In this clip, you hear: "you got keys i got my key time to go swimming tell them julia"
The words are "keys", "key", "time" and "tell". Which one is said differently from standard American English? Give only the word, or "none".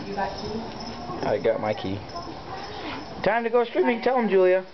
keys